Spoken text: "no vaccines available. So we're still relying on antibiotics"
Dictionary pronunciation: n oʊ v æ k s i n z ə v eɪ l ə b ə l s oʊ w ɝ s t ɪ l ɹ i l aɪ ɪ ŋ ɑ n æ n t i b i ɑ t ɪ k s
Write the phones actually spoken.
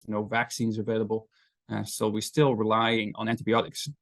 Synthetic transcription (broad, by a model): n oʊ v æ k s i n z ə v eɪ l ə b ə l s oʊ w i s t ɪ l ɹ i l aɪ ɪ ŋ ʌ n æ n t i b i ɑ t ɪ k s